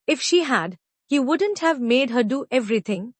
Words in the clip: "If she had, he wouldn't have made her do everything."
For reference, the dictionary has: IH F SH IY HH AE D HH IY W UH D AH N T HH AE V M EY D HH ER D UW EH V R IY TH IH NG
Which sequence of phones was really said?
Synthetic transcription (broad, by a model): IH F SH IY HH AE D HH IY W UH D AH N T HH AE V M EY D HH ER D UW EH V R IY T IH NG